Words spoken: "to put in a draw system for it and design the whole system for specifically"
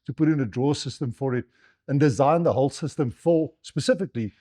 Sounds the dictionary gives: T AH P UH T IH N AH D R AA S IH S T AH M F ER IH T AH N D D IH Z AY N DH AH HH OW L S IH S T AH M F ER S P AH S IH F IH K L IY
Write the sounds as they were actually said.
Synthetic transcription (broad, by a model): T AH P UH T IH N AH D R AA S IH S T AH M F ER IH T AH N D D IH Z AY N DH AH HH OW L S IH S T AH M F ER S P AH S IH F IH K L IY